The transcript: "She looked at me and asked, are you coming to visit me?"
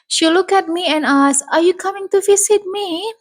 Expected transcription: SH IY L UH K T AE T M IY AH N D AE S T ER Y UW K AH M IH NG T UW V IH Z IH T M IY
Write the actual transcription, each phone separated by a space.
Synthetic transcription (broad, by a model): SH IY L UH K AE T M IY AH N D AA S ER Y UW K AH M IH NG T UW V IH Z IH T M IY